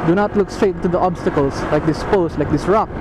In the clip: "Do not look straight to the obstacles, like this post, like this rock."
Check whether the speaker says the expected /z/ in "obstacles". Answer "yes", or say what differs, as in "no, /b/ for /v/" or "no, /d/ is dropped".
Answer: no, /s/ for /z/